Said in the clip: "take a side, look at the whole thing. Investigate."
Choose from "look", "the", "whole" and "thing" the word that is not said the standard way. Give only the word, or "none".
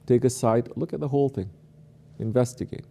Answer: none